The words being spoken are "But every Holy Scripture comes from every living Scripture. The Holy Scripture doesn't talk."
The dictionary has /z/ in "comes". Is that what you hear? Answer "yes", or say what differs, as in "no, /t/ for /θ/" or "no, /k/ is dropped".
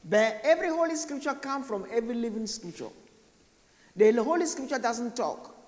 no, /z/ is dropped